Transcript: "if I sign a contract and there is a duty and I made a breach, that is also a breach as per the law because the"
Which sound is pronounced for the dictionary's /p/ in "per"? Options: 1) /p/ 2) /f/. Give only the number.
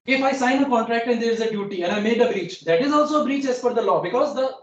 2